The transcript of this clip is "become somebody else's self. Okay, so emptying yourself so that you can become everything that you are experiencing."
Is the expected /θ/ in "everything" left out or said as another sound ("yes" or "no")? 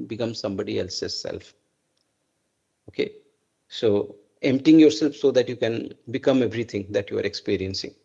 yes